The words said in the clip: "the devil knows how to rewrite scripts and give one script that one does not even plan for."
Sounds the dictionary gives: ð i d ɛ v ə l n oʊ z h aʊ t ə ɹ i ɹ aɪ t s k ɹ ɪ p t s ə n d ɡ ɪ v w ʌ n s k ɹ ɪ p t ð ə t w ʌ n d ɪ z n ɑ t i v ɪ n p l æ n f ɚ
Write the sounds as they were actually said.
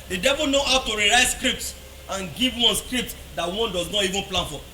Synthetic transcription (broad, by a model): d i d ɛ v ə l n oʊ h aʊ t ə ɹ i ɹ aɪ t s k ɹ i p t s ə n ɡ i v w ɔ n s k ɹ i p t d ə t w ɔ n d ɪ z n ɑ t i v ɪ n p l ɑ n f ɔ